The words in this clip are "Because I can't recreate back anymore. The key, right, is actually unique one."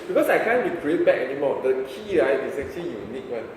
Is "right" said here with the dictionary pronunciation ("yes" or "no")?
no